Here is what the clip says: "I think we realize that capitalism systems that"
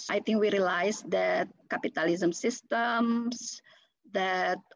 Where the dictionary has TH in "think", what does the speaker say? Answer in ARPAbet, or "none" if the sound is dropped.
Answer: T